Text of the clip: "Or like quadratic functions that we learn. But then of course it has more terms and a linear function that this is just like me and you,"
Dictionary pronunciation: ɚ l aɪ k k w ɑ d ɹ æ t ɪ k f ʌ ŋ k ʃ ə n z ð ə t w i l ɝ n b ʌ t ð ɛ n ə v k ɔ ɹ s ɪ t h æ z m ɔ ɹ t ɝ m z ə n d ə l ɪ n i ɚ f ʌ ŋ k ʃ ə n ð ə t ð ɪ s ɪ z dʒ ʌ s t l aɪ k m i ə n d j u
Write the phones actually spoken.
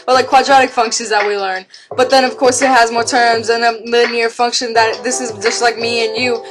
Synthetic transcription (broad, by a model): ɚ l aɪ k k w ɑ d ɹ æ t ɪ k f ʌ ŋ k ʃ ə n z ð ə t w i l ɝ n b ʌ t ð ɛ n ə v k ɔ ɹ s ɪ t h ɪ z m ɔ ɹ t ɝ m z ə n ə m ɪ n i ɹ f ʌ ŋ k ʃ ə n ð ə t ð ɪ s ɪ z dʒ ʌ s t l aɪ k m i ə n j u